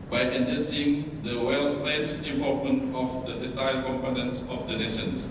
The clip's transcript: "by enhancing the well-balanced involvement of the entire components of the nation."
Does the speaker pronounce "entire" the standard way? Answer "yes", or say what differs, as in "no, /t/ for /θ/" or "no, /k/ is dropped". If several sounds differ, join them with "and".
no, /n/ is dropped